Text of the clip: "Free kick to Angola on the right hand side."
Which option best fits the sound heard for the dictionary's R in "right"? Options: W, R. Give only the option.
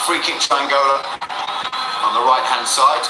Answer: R